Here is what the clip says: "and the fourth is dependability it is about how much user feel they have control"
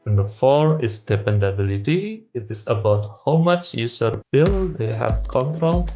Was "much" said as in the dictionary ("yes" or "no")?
yes